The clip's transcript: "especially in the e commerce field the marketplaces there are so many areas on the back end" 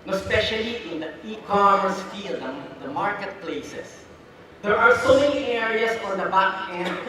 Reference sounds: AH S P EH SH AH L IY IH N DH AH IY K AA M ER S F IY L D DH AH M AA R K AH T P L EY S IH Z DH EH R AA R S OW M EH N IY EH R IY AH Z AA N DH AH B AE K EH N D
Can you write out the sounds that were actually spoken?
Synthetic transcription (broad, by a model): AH S P EH SH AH L IY IH N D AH IY K AA M ER S F IY L D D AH M AA R K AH T P L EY S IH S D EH R AA R S OW M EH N IY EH R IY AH S AA N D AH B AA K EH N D